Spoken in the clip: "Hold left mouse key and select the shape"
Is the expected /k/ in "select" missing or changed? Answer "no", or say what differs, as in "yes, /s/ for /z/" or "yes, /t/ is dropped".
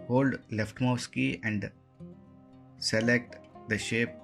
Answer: no